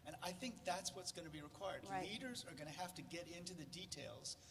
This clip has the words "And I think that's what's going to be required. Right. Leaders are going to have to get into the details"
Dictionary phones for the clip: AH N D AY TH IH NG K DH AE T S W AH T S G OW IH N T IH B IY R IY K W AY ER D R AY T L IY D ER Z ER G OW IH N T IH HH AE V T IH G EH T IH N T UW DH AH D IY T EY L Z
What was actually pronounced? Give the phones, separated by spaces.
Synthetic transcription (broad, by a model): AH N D AY TH IH NG K DH AE T S W AH T S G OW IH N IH B IY R IY K W AY ER D L IY D ER Z ER G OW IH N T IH HH AE F T IH G EH T IH N T UW DH AH D IY T EY L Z